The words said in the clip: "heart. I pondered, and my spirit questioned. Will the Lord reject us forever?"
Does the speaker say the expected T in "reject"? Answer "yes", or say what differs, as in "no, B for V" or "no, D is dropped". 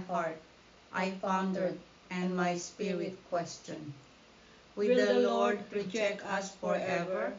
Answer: no, T is dropped